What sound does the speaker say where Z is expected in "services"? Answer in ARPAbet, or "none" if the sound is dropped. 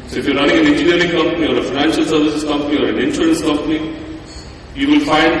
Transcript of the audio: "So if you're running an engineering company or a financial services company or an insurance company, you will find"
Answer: S